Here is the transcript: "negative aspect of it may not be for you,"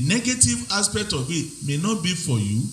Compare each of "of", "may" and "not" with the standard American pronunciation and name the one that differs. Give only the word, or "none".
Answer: of